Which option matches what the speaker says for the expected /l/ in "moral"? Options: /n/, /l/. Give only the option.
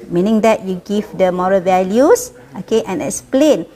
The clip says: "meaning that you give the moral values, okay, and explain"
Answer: /l/